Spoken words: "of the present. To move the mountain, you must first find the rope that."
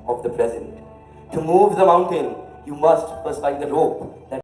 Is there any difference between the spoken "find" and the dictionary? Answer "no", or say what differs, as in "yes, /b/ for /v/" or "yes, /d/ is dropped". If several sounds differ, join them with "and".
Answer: yes, /n/ is dropped